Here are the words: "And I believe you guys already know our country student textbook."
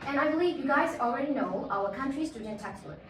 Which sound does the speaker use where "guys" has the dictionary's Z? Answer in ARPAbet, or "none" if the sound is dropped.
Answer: Z